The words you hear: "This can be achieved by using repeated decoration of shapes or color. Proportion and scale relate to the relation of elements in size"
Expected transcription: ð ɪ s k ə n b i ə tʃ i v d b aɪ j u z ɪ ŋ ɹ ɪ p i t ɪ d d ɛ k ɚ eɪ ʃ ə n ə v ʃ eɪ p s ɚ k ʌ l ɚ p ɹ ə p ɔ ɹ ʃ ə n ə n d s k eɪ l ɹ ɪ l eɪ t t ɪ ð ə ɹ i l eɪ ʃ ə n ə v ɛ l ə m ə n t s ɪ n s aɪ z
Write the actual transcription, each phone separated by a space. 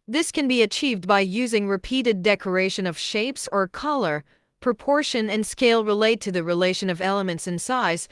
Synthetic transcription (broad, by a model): ð ɪ s k ə n b i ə tʃ i v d b aɪ j u z ɪ ŋ ɹ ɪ p i t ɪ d d ɛ k ɚ eɪ ʃ ə n ə v ʃ eɪ p s ɚ k ʌ l ɚ p ɹ ə p ɔ ɹ ʃ ə n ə n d s k eɪ l ɹ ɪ l eɪ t t ɪ ð ə ɹ i l eɪ ʃ ə n ə v ɛ l ə m ə n t s ɪ n s aɪ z